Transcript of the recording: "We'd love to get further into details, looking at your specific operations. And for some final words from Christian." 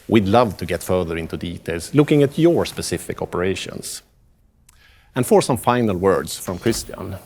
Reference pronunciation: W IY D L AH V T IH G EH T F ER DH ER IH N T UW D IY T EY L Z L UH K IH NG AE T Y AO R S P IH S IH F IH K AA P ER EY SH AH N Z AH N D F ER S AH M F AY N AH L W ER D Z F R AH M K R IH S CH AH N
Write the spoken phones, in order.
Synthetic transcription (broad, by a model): W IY D L AH V T IH G EH T F ER DH ER IH N T UW D IY T EY L S L UH K IH NG AE T Y AO R S P IH S IH F IH K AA P ER EY SH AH N S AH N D F ER S AH M F AY N AH L W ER D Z F R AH M K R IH S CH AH N